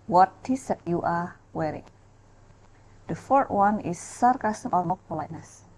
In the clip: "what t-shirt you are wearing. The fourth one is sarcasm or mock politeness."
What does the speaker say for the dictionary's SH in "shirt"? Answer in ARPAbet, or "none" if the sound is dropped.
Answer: S